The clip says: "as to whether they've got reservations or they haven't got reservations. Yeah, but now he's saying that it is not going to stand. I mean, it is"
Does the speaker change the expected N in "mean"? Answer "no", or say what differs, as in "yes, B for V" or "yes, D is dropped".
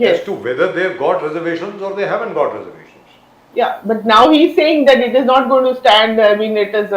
yes, L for N